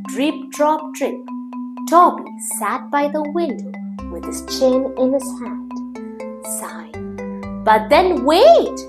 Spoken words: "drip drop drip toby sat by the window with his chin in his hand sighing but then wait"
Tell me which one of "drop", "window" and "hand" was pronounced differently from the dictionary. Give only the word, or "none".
none